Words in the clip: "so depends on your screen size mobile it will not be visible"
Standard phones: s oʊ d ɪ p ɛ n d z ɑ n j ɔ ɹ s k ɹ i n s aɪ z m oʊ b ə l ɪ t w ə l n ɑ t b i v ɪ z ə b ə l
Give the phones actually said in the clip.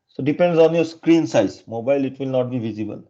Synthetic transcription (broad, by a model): s oʊ d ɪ p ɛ n d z ɑ n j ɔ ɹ s k ɹ i n s aɪ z m oʊ b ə l ɪ t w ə l n ɑ t b i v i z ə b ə l